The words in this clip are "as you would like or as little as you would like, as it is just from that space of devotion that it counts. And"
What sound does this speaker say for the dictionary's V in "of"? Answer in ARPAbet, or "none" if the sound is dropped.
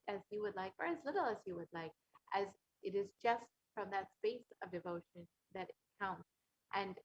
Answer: V